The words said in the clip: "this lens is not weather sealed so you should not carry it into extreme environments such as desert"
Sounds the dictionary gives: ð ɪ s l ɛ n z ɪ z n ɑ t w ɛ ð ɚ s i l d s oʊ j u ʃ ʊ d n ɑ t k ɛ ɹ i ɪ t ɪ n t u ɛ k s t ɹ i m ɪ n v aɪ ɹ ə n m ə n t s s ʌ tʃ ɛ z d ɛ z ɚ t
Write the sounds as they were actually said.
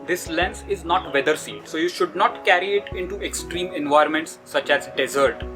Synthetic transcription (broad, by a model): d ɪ s l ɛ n s ɪ z n ɑ t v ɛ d ɚ s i d s oʊ j u ʃ ʊ d n ɑ t k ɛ ɹ i ɪ t ɪ n t u ɛ k s t ɹ i m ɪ n v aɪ ɹ m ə n t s s ʌ tʃ ɛ z d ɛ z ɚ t